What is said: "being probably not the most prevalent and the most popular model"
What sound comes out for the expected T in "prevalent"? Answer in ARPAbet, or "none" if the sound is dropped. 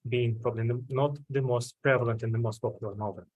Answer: T